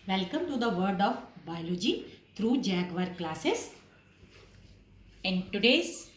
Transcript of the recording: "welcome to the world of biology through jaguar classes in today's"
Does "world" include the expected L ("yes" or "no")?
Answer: no